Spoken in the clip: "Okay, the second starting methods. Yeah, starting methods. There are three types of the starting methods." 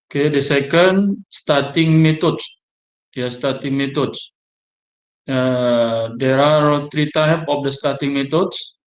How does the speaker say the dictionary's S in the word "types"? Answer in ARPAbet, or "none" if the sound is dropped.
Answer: none